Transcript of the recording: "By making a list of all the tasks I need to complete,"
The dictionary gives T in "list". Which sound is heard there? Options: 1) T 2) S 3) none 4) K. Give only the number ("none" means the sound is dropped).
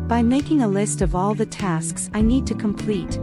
1